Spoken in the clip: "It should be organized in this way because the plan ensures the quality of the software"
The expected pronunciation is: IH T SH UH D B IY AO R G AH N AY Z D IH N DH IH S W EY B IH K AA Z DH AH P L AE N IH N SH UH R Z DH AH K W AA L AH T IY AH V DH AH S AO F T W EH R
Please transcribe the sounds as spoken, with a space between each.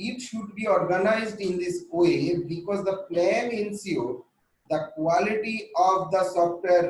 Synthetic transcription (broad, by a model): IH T SH UH D B IY AO R G AH N AY Z D IH N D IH S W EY B IH K AA Z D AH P L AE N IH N S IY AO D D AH K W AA L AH T IY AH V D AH S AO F T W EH R